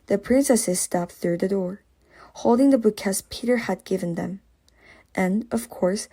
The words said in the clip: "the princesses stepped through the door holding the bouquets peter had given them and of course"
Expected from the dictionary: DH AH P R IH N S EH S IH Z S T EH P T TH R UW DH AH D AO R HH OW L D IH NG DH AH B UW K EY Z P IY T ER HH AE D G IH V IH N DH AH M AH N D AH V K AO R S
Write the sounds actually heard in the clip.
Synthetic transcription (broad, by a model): DH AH P R IH N S EH S IH Z S T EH P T TH R UW DH AH D AO R HH OW L D IH NG DH AH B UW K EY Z P IY T ER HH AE D G IH V IH N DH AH M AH N AH V K AO R S